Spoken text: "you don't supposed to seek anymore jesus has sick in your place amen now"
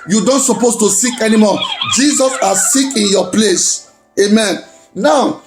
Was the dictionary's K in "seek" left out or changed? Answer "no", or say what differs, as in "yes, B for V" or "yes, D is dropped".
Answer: no